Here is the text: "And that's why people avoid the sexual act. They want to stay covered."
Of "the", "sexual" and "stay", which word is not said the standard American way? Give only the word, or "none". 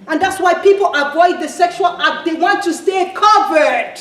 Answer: none